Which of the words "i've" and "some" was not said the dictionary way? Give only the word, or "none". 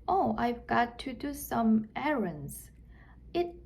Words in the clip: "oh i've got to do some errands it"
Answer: none